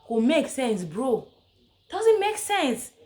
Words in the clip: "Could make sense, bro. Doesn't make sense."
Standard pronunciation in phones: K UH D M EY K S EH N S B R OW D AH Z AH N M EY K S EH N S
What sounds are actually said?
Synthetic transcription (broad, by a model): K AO M EY K S EH N S B R OW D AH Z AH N M EY K S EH N S